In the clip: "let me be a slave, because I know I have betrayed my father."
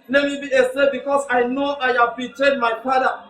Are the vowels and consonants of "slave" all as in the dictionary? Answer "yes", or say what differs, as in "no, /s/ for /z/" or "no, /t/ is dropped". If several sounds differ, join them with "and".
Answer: no, /l/ is dropped